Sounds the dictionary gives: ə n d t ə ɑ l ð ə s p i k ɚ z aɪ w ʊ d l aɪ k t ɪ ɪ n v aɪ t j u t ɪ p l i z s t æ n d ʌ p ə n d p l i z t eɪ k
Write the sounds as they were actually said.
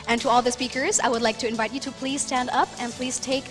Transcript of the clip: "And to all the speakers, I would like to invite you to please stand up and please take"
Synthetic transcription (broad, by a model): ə n t ə ɑ l ð ə s p i k ɚ z aɪ w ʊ d l aɪ k t ɪ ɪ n v aɪ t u t ɪ p l i z s t æ n d ʌ p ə n p l i z t eɪ k